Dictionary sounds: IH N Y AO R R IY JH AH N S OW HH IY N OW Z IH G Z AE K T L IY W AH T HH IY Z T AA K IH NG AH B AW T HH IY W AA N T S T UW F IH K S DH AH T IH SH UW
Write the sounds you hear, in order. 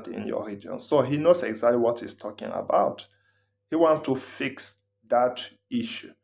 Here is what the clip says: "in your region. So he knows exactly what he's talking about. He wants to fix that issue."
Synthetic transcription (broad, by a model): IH N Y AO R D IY AH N S OW HH IY N OW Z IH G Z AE K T L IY W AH T HH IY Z T AA K IH NG AH B AW T HH IY W AA N T S T UW F IH K S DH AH T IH SH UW